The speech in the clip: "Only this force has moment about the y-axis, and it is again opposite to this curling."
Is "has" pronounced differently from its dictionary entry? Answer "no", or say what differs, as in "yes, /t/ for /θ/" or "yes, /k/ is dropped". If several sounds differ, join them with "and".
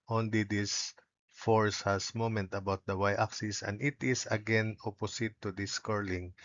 yes, /s/ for /z/